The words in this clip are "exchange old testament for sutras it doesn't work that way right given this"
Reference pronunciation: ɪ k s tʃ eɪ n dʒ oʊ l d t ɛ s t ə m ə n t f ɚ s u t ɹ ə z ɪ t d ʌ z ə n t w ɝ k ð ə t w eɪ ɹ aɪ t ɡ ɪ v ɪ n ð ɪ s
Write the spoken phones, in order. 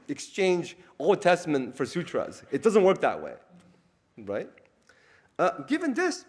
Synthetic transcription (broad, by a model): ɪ k s tʃ eɪ n dʒ oʊ l d t ɛ s t ə m ə n t f ɚ s u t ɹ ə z ɪ t d ʌ z ə n t w ɝ k ð ə t w eɪ ɹ aɪ t ɡ ɪ v ɪ n ð ɪ s